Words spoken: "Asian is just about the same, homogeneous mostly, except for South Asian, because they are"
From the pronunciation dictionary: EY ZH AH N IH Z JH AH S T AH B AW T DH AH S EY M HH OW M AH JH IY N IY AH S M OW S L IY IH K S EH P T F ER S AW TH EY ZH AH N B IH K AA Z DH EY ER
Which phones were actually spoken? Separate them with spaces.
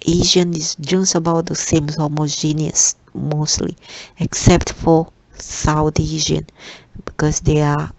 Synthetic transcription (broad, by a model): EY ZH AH N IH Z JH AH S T AH B AW T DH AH S EY M HH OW M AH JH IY N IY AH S M OW S L IY IH K S EH P T F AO S AW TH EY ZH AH N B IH K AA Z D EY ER